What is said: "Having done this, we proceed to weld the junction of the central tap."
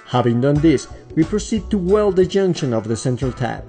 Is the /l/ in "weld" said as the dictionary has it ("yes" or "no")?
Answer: yes